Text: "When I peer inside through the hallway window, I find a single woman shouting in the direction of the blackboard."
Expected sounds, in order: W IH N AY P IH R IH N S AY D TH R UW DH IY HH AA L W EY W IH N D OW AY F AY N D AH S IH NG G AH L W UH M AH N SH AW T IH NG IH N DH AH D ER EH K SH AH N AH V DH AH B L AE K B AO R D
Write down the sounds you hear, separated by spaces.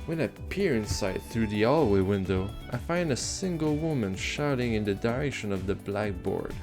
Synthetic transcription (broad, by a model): W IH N AY P IH R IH N S AY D TH R UW DH IY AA L W EY W IH N D OW AY F AY N D AH S IH NG G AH L W UH M AH N SH AW T IH NG IH N DH AH D ER EH K SH AH N AH V DH AH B L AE K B AO R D